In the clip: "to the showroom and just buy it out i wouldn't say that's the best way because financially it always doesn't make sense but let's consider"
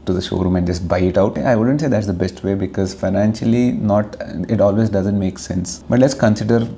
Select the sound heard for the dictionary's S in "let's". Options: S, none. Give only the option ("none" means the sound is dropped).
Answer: S